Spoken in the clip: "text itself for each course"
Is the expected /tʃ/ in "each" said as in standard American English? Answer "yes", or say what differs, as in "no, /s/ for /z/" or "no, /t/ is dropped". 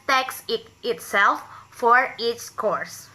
no, /s/ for /tʃ/